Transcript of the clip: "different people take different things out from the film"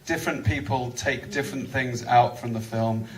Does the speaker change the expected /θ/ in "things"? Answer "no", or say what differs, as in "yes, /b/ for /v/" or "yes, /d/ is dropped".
no